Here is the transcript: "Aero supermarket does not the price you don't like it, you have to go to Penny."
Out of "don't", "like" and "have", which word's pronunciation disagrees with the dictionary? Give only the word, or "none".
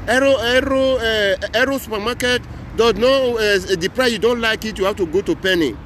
have